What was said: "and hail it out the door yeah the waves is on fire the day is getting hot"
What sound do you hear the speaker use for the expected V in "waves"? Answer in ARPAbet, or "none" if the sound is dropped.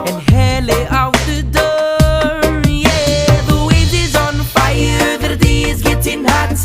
none